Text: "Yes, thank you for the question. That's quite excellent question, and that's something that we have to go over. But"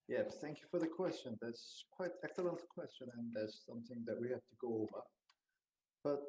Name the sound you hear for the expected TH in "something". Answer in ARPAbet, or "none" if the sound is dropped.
TH